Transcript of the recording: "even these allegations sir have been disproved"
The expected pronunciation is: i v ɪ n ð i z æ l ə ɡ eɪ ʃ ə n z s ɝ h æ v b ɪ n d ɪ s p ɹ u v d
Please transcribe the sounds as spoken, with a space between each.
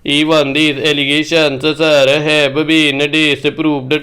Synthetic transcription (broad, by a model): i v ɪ n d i s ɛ l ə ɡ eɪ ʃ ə n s s ɝ h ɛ b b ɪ n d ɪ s p ɹ u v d